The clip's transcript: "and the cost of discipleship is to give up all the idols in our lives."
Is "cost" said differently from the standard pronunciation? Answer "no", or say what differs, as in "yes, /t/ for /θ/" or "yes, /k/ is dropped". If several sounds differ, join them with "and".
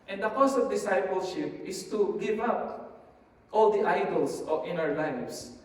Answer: yes, /t/ is dropped